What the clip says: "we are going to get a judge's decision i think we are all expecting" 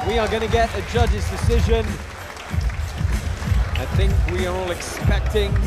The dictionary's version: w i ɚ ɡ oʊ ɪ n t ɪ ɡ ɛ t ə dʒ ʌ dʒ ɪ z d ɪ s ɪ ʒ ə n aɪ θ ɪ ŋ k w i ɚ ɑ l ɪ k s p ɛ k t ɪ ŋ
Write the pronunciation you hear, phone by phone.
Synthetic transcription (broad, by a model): w i ɚ ɡ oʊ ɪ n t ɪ ɡ ɛ t ə dʒ ʌ dʒ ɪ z d ɪ s ɪ ʒ ə n aɪ θ ɪ ŋ k w i ɚ ɑ l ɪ k s p ɛ k t ɪ ŋ